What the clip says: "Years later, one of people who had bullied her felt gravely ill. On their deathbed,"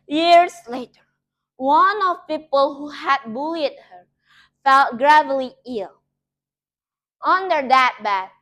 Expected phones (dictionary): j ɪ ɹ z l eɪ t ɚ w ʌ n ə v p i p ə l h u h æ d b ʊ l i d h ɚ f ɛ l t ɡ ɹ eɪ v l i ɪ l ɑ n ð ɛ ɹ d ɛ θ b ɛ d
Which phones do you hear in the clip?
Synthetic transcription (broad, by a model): j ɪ ɹ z l eɪ t ɚ w ʌ n ə v p i p ə l h u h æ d b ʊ l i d h ɚ f ɛ l t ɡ ɹ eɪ v l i ɪ l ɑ n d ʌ ɹ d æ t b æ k